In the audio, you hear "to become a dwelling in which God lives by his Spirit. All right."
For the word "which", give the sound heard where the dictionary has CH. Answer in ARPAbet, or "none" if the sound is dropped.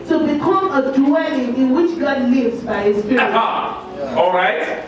CH